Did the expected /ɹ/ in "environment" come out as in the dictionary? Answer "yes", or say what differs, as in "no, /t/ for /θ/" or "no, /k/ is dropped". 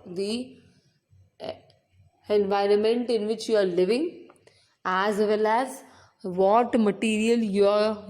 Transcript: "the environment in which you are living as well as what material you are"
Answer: yes